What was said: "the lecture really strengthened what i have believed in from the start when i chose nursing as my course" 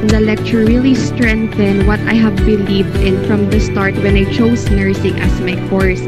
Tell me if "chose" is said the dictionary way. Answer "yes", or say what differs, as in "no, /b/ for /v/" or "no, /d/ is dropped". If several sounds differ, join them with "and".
no, /s/ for /z/